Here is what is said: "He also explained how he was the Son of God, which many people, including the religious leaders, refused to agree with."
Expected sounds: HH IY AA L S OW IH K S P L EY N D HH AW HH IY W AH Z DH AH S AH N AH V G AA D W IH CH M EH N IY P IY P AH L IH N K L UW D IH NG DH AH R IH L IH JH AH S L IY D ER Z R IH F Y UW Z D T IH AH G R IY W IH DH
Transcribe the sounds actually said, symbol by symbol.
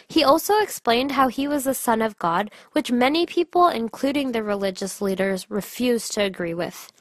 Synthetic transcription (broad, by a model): HH IY AA L S OW IH K S P L EY N D HH AW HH IY W AH Z DH AH S AH N AH V G AA D W IH CH M EH N IY P IY P L IH N K L UW D IH NG DH AH R IH L IH JH AH S L IY D ER Z R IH F Y UW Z T IH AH G R IY W IH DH